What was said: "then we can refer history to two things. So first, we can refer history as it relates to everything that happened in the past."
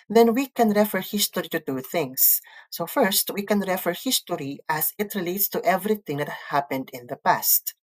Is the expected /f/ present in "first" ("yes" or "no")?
yes